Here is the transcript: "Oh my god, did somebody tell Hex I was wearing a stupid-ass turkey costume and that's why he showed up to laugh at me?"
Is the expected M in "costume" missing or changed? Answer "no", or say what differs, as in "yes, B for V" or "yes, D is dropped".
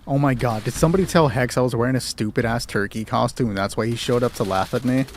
no